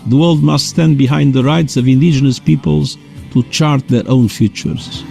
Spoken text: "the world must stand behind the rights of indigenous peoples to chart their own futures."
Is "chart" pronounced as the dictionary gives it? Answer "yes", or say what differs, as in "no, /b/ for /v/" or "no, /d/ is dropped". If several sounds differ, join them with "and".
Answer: yes